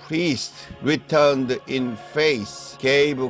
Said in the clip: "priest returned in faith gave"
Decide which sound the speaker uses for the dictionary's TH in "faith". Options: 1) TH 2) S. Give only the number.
2